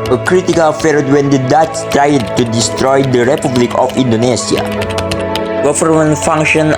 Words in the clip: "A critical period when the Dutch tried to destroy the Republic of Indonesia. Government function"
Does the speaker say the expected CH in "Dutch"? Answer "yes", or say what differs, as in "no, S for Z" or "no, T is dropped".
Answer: no, S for CH